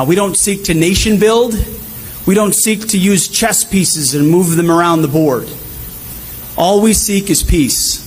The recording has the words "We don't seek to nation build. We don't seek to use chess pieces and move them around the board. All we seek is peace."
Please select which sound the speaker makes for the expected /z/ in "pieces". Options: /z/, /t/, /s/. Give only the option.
/z/